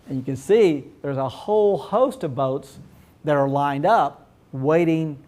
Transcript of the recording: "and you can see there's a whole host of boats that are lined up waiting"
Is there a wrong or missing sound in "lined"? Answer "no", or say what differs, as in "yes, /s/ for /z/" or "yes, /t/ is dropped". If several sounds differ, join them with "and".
no